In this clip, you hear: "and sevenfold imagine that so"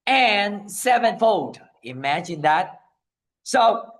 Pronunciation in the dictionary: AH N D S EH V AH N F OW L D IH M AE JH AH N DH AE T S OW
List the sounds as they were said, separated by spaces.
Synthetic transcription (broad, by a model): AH N S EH V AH N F OW D IH M AE JH AH N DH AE T S OW